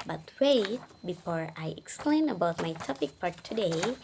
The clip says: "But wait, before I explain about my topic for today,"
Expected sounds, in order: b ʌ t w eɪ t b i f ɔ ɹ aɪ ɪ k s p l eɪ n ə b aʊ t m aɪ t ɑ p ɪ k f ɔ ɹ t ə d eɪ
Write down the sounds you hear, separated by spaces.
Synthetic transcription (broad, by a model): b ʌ t w eɪ t b i f ɔ ɹ aɪ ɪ k s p l eɪ n ə b aʊ t m aɪ t ɑ p ɪ k p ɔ ɹ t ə d eɪ